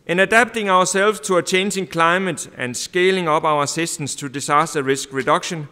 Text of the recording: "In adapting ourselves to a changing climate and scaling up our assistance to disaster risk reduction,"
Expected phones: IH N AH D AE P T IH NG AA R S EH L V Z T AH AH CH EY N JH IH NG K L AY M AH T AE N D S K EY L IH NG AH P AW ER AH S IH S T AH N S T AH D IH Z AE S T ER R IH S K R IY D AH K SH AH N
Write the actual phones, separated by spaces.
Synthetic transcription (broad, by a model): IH N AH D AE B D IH NG AA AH S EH L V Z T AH AH CH EY N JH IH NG K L AY M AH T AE N S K EY L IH NG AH B AW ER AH S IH S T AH N S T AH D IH S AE S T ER R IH S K R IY D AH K SH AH N